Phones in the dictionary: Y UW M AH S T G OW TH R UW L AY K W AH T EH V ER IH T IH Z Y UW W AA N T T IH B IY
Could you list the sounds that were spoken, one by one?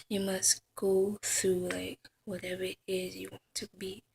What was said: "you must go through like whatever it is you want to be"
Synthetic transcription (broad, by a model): Y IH M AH S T G OW TH R UW L AY K W AH T EH V ER IH T IH Z Y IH W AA N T T IH B IY